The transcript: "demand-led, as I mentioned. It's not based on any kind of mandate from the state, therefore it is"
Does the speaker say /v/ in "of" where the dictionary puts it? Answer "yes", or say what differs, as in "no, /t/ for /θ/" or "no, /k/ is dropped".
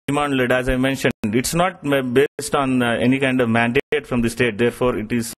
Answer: yes